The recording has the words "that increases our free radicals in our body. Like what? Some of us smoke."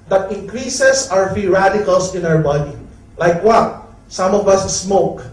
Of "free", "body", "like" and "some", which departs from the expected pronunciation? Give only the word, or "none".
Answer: free